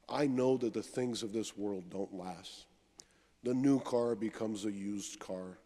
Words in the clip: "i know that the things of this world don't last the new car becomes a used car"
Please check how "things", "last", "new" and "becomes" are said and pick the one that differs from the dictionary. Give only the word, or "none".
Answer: none